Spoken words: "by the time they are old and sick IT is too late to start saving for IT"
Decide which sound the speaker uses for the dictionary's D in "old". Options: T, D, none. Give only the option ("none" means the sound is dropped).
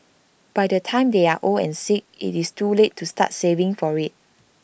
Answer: none